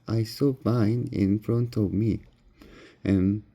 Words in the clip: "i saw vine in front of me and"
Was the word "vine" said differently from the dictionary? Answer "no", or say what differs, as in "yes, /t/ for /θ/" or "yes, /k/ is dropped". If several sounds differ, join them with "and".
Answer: yes, /b/ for /v/